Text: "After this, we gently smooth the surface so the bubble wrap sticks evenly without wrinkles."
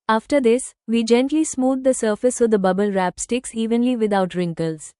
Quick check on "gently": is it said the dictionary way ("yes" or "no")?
yes